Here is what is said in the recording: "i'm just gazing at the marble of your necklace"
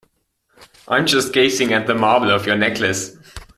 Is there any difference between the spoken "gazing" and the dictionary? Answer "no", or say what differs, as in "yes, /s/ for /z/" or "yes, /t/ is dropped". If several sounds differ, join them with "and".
yes, /s/ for /z/